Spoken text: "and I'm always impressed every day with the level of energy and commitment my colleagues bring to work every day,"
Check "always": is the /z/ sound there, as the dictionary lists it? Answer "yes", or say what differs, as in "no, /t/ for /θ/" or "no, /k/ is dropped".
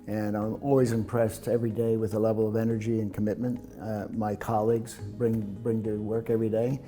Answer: yes